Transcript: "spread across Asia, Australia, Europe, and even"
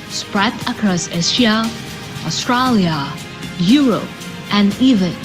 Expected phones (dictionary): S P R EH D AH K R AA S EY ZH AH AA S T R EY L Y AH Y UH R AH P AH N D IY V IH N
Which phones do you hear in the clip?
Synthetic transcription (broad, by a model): S P R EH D AH K R AA S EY S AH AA S T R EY L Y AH Y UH R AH P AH N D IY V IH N